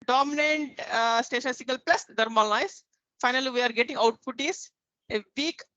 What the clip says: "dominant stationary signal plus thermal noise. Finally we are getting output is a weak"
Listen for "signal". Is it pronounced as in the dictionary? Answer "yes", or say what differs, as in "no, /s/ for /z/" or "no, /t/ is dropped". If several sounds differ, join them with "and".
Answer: no, /n/ is dropped